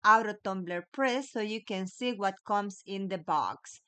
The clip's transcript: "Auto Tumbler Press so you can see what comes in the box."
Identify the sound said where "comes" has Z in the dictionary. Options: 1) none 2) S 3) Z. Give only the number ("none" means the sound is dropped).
2